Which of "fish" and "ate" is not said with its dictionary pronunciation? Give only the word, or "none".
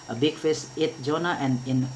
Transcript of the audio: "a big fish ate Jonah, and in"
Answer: fish